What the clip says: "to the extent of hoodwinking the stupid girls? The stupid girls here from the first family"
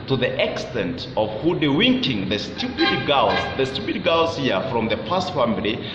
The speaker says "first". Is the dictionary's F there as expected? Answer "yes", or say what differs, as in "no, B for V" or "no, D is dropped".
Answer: no, P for F